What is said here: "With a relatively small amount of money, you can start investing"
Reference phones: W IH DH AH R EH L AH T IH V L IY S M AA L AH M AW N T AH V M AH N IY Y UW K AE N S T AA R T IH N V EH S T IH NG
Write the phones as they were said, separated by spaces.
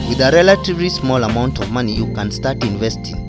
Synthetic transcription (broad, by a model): W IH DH AH R EH L AH T IH V L IY S M AA L AH M AW N T AH V M AH N IY Y UW K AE N S T AA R T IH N V EH S T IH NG